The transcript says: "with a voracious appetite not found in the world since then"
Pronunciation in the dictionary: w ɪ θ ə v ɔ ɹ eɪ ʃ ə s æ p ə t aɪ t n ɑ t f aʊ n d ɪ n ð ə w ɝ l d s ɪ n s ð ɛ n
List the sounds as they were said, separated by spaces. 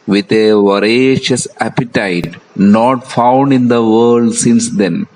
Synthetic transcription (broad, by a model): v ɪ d ə v ɔ ɹ eɪ ʃ ə s æ p ə t aɪ t n ɑ t f aʊ n d ɪ n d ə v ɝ l d s ɪ n s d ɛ n